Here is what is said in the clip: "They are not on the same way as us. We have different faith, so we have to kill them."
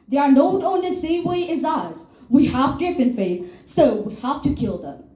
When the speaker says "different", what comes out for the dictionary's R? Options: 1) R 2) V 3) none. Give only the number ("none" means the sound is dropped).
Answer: 3